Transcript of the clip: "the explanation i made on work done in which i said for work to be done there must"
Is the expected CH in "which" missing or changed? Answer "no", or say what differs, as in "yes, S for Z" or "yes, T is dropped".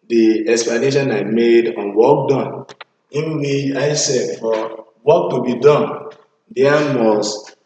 yes, CH is dropped